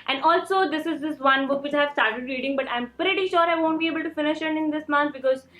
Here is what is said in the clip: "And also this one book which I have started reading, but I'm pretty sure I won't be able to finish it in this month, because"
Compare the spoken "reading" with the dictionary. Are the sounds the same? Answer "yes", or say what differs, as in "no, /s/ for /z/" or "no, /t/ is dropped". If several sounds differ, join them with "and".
yes